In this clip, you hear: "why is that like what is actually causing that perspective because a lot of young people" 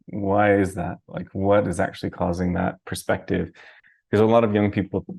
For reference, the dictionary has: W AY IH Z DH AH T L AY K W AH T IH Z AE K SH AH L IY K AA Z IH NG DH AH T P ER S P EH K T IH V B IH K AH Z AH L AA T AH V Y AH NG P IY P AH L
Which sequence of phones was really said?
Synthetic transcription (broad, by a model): W AY IH Z DH AH T L AY K W AH T IH Z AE K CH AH L IY K AA Z IH NG DH AH T P ER S P EH K T IH V K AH Z AH L AA T AH V Y AH NG P IY P L